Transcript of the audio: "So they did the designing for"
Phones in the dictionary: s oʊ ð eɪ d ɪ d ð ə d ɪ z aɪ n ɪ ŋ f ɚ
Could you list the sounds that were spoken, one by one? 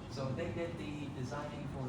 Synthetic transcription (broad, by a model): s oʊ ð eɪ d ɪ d ð ə d ɪ z aɪ n ɪ ŋ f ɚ